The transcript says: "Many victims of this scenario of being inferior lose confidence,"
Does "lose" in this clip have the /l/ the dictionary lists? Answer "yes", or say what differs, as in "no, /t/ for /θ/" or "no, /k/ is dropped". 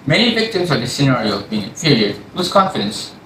no, /w/ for /l/